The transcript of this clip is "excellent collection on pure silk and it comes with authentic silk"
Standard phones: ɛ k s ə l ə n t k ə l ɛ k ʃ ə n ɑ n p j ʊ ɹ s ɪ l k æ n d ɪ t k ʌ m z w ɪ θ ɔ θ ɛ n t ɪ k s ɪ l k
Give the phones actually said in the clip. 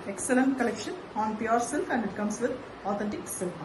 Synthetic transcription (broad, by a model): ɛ k s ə l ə n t k ə l ɛ k ʃ ə n ɑ n p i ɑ ɹ s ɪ l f æ n d ɪ t k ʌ m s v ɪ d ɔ t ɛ l t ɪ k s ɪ l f